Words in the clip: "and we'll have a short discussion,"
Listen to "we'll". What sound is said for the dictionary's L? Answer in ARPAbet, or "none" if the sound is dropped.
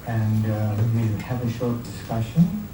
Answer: W